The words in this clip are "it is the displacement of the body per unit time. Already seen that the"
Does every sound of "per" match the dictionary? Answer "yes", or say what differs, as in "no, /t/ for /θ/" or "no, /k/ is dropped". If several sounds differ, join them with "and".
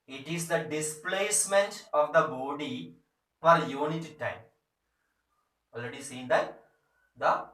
no, /f/ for /p/